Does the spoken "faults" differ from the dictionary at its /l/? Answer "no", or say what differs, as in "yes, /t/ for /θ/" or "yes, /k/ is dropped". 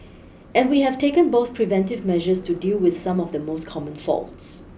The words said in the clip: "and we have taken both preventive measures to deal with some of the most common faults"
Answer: no